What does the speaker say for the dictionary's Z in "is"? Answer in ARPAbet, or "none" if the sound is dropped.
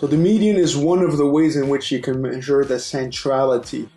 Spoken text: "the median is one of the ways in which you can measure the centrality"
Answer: Z